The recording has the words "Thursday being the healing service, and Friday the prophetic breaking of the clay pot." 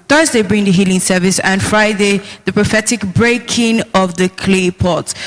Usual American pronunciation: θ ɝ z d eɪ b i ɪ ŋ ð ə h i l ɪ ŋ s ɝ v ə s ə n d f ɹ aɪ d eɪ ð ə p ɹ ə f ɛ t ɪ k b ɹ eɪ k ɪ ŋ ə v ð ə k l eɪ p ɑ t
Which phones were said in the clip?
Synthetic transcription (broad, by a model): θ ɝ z d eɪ b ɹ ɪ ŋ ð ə h i l ɪ ŋ s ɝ v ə s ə n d f ɹ aɪ d eɪ ð ə p ɹ ə f ɛ t ɪ k b ɹ eɪ k ɪ ŋ ə v ð ə k l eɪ p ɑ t